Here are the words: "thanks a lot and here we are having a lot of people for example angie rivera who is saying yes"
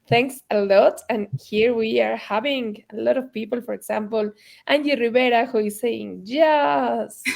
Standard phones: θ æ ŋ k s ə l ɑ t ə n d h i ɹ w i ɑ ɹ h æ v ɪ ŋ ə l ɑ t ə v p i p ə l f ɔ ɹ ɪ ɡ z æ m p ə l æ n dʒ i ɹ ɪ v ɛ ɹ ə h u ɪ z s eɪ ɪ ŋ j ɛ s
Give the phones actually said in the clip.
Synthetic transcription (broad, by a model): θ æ ŋ k s ə l ɑ t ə n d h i ɹ w i ɑ ɹ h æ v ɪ ŋ ə l ɑ t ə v p i p ə l f ɔ ɹ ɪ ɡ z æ m p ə l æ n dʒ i ɹ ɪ b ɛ ɹ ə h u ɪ s eɪ ɪ ŋ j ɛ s